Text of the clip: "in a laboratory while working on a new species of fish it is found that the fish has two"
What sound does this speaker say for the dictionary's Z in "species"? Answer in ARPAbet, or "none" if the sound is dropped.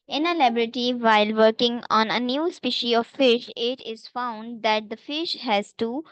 none